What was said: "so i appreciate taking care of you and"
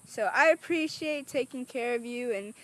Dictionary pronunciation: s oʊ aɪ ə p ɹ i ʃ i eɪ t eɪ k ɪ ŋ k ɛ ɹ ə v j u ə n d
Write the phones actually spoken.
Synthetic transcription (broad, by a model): s oʊ aɪ ə p ɹ i ʃ i eɪ t eɪ k ɪ ŋ k ɛ ɹ ə v j u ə n